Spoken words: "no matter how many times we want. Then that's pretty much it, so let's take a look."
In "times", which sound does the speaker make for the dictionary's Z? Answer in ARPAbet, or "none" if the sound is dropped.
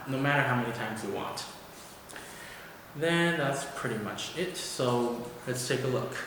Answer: Z